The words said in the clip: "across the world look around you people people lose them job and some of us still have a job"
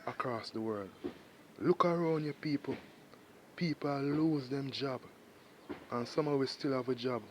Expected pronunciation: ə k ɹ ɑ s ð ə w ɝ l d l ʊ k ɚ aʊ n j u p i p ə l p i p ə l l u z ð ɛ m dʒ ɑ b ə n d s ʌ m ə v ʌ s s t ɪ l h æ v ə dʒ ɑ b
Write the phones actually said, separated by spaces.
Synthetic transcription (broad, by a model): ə k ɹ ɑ s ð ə w ɝ l d l ʊ k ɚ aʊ n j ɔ p i p ə l p i p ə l l u z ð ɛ m dʒ ɑ b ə n s ʌ m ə w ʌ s s t ɪ l h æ v ə dʒ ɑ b